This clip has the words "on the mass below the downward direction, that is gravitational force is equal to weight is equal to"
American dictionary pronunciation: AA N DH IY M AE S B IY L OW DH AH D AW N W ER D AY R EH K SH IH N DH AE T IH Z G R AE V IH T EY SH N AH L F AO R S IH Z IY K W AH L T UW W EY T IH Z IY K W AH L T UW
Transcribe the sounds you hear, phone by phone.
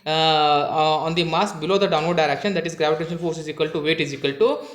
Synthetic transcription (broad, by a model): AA N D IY M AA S B IY L OW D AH D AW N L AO D AY R EH K SH IH N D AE T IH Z G R AE V IH T EY SH N AH L F AO R S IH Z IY K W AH L T UW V EY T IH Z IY K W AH L T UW